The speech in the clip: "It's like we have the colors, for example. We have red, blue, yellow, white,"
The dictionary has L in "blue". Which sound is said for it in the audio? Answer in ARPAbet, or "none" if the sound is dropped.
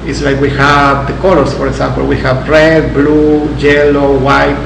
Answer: L